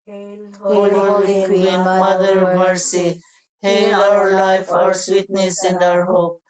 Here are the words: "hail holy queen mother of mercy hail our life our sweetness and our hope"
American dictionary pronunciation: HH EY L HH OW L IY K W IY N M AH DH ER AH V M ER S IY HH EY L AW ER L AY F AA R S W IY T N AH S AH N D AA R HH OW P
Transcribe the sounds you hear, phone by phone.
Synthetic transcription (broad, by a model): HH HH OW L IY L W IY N M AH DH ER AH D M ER S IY HH EY L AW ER L AY F AA R S W IY T N AH S AH N D AA R HH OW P